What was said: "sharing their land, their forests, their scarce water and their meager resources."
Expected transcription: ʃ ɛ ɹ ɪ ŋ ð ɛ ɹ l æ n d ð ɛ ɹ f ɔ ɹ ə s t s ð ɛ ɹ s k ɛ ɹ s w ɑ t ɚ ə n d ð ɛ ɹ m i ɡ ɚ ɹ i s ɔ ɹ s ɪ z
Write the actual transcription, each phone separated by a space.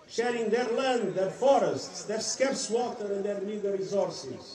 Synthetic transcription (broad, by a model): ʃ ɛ ɹ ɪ ŋ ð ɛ ɹ l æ n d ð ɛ ɹ f ɔ ɹ ə s t s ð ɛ ɹ s k ɛ ɹ s w ɑ t ɚ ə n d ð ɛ ɹ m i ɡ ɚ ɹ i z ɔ ɹ s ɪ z